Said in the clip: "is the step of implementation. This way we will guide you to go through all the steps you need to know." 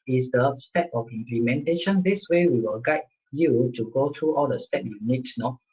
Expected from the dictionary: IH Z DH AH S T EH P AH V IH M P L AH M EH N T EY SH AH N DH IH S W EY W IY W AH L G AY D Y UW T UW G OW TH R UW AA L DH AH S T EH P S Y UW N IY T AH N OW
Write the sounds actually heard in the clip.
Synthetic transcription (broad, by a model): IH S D AH S T EH P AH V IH M P L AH M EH N T EY SH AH N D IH S W EY W IY W AH L G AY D Y UW T UW G OW T R UW AA L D AH S T EH P Y UW N IY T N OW